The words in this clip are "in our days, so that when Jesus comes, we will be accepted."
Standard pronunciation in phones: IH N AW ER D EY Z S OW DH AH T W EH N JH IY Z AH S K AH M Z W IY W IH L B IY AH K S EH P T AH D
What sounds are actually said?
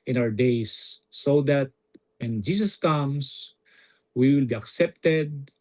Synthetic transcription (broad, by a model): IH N AW ER D EY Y S OW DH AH T W EH N JH IY S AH S K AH M S W IY W IH L B IY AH K S EH P T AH D